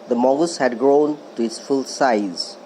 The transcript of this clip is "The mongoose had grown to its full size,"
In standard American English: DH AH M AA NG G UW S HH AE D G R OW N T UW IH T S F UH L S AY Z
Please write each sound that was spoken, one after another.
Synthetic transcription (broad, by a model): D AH M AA G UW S HH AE D G R OW N T UW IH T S F UH L S AY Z